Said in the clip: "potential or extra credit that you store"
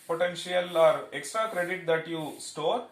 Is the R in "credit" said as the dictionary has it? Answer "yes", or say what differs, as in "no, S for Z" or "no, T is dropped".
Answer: yes